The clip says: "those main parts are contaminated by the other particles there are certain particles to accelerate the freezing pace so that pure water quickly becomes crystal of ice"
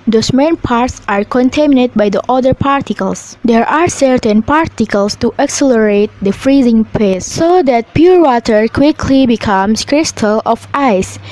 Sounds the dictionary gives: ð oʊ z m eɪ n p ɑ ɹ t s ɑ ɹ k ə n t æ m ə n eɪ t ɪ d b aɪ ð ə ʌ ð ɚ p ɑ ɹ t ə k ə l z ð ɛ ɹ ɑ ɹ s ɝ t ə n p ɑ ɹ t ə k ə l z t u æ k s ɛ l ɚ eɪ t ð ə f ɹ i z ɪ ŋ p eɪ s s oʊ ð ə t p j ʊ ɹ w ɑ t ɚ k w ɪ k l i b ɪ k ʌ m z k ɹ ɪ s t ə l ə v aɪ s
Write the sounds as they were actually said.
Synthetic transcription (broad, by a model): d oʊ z m eɪ n p ɑ ɹ t s ɑ ɹ k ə n t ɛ m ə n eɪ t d b aɪ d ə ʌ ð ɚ p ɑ ɹ t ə k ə l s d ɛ ɹ ɑ ɹ s ɝ t ə n p ɑ ɹ t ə k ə l s t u æ k s ɛ l ɚ eɪ t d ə f ɹ i z ɪ ŋ p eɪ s s oʊ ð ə t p j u ɹ w ɑ t ɚ k w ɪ k l i b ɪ k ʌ m s k ɹ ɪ s t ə l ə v aɪ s